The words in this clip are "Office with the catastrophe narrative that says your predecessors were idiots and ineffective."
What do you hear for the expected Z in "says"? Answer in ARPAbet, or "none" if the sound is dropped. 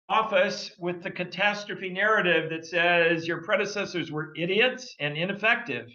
Z